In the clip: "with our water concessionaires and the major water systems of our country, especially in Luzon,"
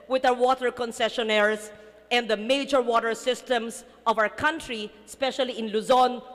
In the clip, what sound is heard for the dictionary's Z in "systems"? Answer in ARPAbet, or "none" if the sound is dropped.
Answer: S